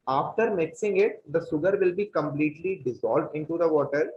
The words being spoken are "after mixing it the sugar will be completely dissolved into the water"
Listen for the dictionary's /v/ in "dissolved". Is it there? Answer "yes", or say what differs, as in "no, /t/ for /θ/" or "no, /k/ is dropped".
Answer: yes